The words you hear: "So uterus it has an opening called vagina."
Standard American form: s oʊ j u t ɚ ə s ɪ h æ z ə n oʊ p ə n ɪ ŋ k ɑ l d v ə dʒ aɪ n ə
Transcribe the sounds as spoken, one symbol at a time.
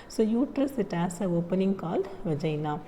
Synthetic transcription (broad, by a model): s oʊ j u t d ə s ɪ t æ s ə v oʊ p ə n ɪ ŋ k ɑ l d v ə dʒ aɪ n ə